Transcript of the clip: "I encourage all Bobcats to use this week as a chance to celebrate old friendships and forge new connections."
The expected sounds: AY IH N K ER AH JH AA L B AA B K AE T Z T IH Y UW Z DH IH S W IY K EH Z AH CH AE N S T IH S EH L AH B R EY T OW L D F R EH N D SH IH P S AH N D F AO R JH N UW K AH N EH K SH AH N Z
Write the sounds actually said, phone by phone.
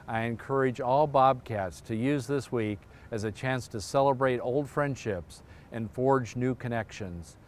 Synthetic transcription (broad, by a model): AY IH N K ER AH JH AA L B AA B K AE T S T IH Y UW Z DH IH S W IY K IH Z AH CH AE N S T IH S EH L AH B R EY T OW L D F R EH N D SH IH P S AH N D F AO R JH N UW K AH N EH K SH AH N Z